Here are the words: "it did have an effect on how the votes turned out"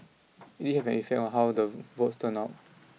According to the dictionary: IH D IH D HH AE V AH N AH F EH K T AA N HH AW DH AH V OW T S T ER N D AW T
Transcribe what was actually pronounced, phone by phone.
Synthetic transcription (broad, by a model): IH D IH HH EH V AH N AH F EH K T AA N HH AW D AH V OW T S T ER N AW T